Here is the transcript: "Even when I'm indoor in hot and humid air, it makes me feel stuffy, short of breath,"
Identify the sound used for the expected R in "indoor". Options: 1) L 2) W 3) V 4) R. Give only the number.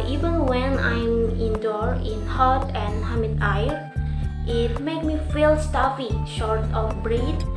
4